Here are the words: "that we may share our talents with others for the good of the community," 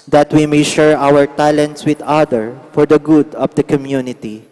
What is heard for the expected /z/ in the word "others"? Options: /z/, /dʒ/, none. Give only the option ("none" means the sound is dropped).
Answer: none